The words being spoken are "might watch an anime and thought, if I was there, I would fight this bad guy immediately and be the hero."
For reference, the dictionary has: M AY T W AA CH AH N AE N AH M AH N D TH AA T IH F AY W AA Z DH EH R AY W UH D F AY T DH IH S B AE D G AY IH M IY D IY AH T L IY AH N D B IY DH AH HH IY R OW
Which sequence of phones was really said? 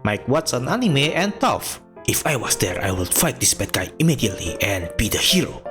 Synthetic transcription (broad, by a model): M AY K W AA S AH N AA N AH M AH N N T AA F IH F AY W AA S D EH R AY W UH D F AY T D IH S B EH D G AY IH M IY D IY AH T L IY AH N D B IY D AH HH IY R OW